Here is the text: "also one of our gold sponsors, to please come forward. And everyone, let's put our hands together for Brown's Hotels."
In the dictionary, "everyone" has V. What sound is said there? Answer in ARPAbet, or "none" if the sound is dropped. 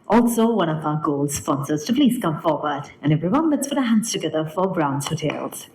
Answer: V